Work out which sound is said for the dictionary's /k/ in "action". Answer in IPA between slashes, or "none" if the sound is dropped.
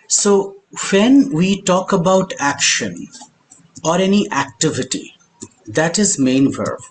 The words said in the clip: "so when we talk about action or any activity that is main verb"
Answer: /k/